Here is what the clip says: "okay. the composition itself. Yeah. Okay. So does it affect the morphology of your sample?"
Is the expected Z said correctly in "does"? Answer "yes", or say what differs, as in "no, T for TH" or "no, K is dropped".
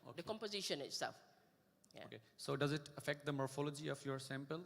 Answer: yes